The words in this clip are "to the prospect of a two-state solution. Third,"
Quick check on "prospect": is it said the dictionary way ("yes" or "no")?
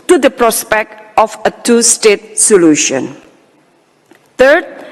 yes